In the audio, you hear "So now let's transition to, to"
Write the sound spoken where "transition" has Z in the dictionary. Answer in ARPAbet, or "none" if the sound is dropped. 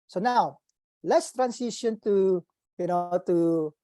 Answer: S